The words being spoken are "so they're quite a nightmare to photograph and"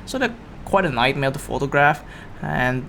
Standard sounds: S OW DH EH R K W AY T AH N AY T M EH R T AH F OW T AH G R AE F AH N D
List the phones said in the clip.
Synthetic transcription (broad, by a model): S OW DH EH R K W AY T AH N AY T M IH L T AH F OW T AH G R AE F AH N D